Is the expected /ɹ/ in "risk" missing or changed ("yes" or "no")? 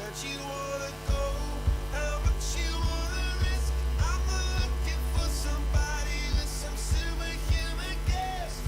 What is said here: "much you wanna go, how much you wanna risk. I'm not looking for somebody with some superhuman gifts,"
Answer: no